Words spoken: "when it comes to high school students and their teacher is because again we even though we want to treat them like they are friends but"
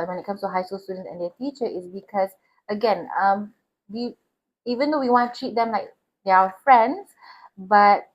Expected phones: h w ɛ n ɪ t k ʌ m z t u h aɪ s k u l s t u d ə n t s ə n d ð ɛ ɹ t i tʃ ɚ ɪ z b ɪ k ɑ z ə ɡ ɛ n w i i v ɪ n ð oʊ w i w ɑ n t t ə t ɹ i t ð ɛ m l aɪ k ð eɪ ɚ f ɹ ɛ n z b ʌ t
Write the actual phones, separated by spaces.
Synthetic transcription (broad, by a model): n w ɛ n ɪ t k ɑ m s t u h aɪ s k u l s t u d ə n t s ə n d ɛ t i tʃ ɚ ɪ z b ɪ k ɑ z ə ɡ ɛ n w i i v ɪ n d oʊ w i w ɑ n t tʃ i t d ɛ m l aɪ k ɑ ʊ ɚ f ɹ ɛ n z b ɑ t